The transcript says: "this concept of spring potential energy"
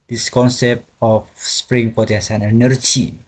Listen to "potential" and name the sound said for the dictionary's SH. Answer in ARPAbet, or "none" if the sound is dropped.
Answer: S